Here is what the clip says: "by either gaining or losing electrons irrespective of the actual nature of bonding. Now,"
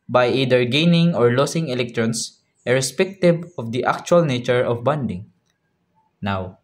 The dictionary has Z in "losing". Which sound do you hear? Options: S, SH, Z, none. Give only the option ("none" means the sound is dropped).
S